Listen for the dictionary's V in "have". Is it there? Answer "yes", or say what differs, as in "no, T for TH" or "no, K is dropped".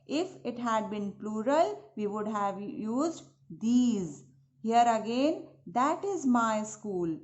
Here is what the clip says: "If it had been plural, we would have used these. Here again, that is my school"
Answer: yes